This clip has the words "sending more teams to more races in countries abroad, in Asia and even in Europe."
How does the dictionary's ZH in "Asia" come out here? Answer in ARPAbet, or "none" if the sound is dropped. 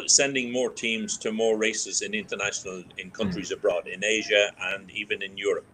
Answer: ZH